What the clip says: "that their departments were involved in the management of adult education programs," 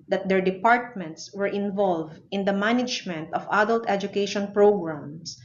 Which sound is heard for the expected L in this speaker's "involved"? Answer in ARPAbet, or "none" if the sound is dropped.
L